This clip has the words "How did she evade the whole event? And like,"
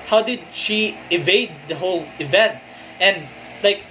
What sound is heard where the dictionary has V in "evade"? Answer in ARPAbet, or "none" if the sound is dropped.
V